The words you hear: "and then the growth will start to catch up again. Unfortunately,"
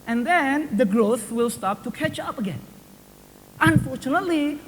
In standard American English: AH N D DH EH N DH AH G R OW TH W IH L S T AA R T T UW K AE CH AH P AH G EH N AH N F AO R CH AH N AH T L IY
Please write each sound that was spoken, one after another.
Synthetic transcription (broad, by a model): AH N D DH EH N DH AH G R OW TH W IH L S T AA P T T UW K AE CH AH P AH G EH N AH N F AO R CH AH N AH T L IY